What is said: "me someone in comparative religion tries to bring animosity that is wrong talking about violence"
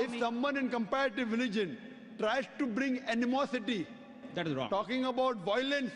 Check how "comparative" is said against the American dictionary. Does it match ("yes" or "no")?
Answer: yes